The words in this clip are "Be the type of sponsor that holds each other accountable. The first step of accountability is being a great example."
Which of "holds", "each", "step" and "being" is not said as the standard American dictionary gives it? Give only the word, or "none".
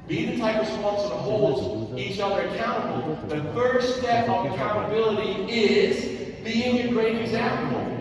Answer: holds